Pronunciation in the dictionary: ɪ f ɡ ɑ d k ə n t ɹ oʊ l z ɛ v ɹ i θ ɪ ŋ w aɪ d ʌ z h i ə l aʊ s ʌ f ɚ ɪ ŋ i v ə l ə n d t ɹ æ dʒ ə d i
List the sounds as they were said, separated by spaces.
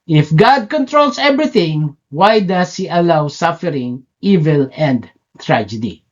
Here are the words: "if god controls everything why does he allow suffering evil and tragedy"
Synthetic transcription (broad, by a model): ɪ f ɡ ɑ d k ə n t ɹ oʊ l s ɛ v ɹ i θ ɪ ŋ w aɪ d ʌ s h i ə l aʊ s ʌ f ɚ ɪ ŋ i v ə l ə n d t ɹ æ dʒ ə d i